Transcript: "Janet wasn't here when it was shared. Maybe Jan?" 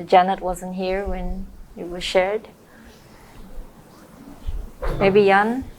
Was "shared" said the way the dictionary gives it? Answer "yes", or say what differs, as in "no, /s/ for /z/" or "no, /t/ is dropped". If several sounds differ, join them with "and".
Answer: yes